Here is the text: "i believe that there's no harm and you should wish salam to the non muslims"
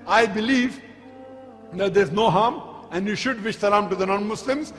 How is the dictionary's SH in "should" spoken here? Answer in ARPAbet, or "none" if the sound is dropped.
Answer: SH